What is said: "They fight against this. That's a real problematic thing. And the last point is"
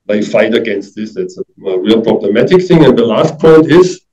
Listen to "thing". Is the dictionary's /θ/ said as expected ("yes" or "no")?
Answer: yes